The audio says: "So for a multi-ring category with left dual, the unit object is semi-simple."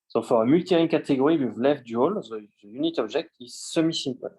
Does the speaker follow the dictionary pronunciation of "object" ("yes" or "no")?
no